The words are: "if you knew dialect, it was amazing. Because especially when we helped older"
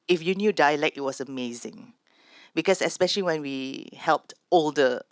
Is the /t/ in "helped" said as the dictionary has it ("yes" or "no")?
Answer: yes